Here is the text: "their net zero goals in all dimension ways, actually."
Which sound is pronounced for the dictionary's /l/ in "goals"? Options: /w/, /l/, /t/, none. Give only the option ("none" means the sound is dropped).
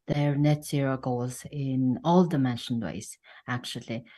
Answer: none